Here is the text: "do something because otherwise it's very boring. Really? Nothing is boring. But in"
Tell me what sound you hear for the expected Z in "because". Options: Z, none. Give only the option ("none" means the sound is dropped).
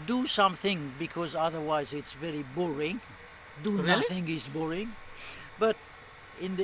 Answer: Z